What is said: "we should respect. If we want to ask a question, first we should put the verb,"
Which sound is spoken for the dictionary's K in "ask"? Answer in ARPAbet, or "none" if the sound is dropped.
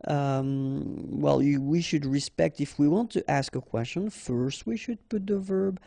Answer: K